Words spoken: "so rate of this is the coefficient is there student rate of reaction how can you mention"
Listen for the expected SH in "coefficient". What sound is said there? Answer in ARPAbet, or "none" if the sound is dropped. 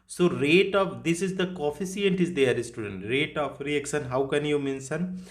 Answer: S